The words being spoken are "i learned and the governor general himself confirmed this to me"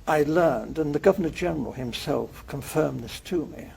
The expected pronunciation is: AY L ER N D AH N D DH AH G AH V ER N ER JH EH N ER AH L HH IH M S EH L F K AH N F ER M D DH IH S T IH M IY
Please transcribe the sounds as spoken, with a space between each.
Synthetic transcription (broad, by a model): AY L ER N D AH N DH AH G AH V ER N ER JH EH N ER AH L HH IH M S EH L F K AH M F ER M DH IH S T IH M IY